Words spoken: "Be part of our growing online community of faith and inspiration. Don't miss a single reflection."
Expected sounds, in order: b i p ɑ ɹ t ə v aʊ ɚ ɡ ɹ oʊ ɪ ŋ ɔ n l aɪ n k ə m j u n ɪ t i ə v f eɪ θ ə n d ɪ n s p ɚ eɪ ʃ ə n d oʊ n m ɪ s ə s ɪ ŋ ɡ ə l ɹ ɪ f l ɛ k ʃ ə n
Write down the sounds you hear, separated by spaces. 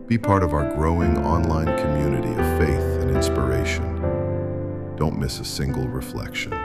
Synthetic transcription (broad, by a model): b i p ɑ ɹ t ə v aʊ ɚ ɡ ɹ oʊ ɪ ŋ ɔ n l aɪ n k ə m j u n ɪ t i ə v f eɪ θ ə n ɪ n s p ɚ eɪ ʃ ə n d oʊ n m ɪ s ə s ɪ ŋ ɡ l ɹ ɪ f l ɛ k ʃ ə n